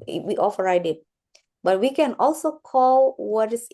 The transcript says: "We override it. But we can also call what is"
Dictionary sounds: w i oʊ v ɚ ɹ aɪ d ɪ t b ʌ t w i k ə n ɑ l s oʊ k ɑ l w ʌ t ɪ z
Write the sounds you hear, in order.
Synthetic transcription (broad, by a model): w i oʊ f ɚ ɹ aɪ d ɪ t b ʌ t w i k ə n ɑ l s oʊ k ɑ l w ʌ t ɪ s